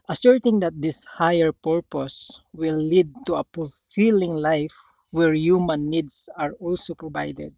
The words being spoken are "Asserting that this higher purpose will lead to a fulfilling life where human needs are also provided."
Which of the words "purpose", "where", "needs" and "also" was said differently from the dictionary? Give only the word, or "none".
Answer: needs